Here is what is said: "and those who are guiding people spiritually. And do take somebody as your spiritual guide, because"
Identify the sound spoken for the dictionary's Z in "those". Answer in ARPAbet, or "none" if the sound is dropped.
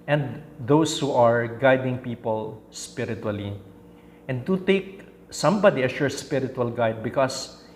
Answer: S